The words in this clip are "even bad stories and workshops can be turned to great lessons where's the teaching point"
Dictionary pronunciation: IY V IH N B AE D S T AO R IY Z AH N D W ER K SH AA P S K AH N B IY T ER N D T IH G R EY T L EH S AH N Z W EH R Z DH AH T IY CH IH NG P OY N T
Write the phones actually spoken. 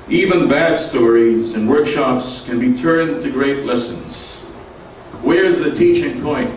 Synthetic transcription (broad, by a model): IY V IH N B AE D S T AO R IY Z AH N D W ER K SH AA P S K AH N B IY T ER N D T IH G R EY T L EH S AH N Z W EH R Z DH AH T IY CH IH NG P OY N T